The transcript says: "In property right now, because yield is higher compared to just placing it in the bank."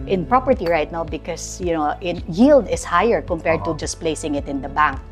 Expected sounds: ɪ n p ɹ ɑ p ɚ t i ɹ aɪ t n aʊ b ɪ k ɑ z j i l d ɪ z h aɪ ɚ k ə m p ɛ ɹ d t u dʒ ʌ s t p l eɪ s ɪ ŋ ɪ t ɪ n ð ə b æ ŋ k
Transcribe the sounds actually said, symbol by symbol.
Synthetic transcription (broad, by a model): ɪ n p ɹ ɑ p ɚ t i ɹ aɪ t n aʊ b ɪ k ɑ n j i l d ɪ s h aɪ ɚ k ə m p ɛ ɹ d t u dʒ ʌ s p l eɪ s ɪ ŋ ɪ t ɪ n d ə b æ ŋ k